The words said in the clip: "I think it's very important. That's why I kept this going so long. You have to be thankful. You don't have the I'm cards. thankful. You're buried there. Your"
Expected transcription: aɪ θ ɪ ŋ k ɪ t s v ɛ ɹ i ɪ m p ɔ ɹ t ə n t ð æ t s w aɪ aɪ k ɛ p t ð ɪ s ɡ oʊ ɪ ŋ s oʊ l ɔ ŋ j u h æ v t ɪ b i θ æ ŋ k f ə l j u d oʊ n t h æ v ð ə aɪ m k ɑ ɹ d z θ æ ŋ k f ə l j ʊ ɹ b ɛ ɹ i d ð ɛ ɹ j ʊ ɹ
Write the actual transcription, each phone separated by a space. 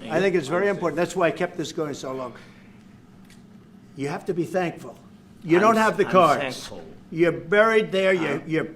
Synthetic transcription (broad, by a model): aɪ θ ɪ ŋ k ɪ t s v ɛ ɹ i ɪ m p ɔ ɹ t n ð æ t s w aɪ aɪ k ɛ p t ð ɪ s ɡ oʊ ɪ ŋ s oʊ l ɔ ŋ j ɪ h æ f t ɪ b i θ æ ŋ k f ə l j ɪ d oʊ n t h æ v ð ə k ɑ ɹ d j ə ɹ b ɛ ɹ i d ð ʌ ɹ j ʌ ɹ